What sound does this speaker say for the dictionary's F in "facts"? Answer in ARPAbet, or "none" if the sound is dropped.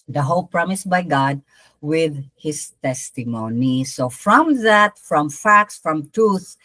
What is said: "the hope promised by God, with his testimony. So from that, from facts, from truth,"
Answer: F